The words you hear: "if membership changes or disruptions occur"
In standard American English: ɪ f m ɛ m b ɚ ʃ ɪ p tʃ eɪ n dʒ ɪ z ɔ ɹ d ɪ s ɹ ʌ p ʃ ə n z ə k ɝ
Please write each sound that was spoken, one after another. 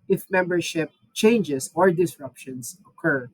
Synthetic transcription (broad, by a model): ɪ f m ɛ m b ɚ ʃ ɪ p tʃ eɪ n dʒ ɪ s ɔ ɹ d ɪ s ɹ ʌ p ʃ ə n s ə k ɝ